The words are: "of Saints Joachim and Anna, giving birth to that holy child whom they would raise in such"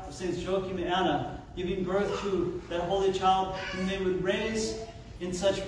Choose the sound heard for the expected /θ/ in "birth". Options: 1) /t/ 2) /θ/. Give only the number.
2